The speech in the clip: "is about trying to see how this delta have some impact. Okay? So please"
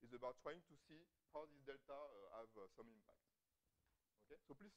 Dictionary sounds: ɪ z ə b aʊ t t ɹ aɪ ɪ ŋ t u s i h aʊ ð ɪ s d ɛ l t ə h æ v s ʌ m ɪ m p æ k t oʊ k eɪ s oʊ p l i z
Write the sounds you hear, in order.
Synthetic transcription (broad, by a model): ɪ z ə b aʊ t t ɹ aɪ ɪ ŋ t u s i h aʊ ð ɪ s d ɛ l t ə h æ v s ʌ m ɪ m p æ k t oʊ k eɪ s oʊ p l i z